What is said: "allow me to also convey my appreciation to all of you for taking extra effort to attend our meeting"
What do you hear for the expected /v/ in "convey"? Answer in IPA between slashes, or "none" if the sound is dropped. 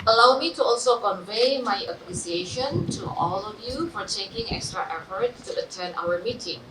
/v/